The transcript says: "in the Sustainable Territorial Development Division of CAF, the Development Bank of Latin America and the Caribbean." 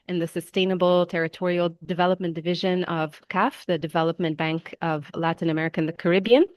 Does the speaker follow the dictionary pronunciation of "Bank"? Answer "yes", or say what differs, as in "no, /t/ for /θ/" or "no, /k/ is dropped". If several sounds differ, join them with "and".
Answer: yes